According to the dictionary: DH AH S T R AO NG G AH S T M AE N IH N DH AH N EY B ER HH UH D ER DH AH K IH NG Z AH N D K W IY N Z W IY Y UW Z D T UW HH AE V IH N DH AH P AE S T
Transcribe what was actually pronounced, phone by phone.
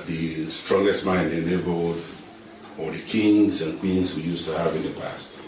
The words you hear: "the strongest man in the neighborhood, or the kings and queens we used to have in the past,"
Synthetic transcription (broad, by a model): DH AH S T R AO NG G AH S T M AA IH N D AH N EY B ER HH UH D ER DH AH K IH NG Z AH N K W IY N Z W IY Y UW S T UW HH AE V IH N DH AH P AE S T